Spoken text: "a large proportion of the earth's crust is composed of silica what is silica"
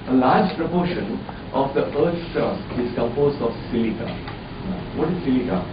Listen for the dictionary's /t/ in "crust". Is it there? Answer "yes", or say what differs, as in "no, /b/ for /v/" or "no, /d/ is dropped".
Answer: no, /t/ is dropped